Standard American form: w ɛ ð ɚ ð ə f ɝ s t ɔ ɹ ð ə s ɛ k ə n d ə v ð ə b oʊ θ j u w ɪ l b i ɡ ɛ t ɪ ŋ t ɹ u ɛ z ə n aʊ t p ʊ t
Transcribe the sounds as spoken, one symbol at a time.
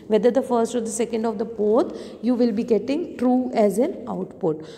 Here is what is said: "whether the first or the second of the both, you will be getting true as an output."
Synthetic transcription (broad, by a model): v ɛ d ɚ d ə f ɝ s t ɔ ɹ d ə s ɛ k ə n d ə v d ə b oʊ t j u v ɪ l b i ɡ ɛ t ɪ ŋ t ɹ u ɛ z ə n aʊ t p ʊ t